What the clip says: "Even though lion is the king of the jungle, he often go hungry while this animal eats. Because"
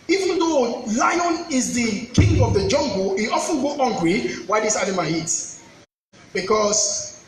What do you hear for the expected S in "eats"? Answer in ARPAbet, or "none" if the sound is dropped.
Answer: none